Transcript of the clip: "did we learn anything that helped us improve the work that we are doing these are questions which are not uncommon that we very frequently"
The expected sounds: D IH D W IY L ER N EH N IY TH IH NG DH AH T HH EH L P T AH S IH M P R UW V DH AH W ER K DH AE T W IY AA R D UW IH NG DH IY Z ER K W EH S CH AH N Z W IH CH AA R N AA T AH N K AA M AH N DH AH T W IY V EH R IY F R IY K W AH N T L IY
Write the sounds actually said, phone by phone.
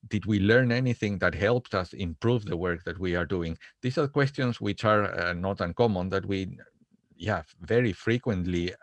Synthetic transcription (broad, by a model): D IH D W IY L ER N EH N IY TH IH NG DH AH T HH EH L P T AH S IH M P R UW V DH AH W ER K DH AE T W IY AA R D UW IH NG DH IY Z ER K W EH S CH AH N S W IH CH AA R N AA T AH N K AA M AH N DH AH T W IY V EH R IY F R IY K W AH N T L IY